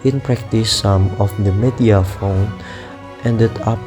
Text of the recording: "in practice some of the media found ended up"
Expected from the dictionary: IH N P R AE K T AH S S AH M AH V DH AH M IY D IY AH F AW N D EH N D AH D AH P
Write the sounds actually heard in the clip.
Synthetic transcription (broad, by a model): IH N P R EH K T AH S S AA M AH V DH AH M IY D IY AH F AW N EH N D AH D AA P